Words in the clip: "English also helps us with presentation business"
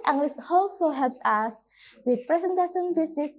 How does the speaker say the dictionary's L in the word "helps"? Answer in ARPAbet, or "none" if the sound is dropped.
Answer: none